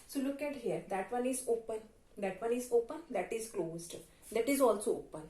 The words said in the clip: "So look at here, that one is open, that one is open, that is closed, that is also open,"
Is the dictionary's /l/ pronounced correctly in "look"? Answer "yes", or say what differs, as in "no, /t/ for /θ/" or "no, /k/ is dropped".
yes